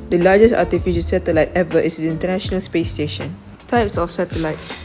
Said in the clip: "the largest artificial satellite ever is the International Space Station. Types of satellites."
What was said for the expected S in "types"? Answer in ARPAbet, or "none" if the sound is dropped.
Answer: S